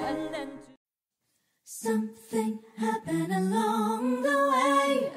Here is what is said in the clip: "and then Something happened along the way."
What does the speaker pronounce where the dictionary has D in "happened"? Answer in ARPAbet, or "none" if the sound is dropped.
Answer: none